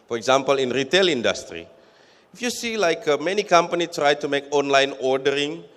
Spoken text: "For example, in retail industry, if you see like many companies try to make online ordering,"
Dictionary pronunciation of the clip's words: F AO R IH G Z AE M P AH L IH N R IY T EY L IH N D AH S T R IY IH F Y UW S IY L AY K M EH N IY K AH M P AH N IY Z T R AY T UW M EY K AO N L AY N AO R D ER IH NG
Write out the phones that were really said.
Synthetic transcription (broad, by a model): F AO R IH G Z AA M P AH L IH N R IY T EY L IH N D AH S T R IY IH F Y UW S IY L AY K M EH N IY K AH M P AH N IY T R AY T UW M EY K AO N L AY N AO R D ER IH NG